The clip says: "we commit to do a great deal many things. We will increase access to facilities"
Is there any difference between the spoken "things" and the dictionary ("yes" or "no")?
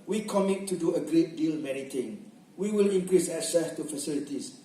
yes